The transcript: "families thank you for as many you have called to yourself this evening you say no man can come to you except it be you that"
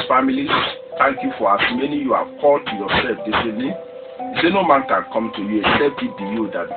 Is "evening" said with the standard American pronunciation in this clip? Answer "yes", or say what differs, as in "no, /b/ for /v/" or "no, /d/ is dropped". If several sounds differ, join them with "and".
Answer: no, /v/ is dropped